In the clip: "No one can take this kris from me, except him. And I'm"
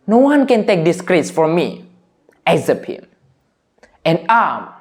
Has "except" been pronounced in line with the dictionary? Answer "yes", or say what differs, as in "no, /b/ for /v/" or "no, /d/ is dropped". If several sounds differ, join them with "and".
no, /t/ is dropped